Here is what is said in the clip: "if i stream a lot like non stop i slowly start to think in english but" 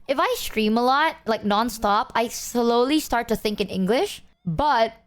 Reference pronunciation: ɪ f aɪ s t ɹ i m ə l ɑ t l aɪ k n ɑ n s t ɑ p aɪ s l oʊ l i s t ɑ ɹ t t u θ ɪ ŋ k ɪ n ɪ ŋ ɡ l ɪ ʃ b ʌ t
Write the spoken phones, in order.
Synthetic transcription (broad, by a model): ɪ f aɪ s t ɹ i m ə l ɑ t l aɪ k n ɑ n s t ɑ p aɪ s l oʊ l i s t ɑ ɹ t t u θ ɪ ŋ k ɪ n ɪ ŋ ɡ l ɪ ʃ b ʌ t